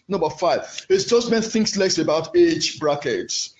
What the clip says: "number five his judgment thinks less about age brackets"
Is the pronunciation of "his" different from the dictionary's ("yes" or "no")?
yes